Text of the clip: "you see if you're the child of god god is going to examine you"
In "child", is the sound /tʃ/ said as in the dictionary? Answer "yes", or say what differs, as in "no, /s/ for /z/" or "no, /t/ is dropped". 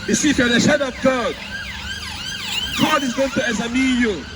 no, /ʃ/ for /tʃ/